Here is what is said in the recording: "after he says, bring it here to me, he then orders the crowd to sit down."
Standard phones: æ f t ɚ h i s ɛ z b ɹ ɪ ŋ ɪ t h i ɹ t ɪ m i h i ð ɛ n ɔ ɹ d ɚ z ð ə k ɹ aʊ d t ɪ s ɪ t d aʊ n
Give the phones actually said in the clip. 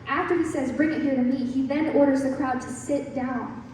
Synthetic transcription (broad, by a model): æ f t ɚ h i s ɛ z b ɹ ɪ ŋ ɪ t h i ɹ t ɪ m i h i ð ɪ n ɔ ɹ d ɚ z ð ə k ɹ aʊ d t ɪ s ɪ t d aʊ n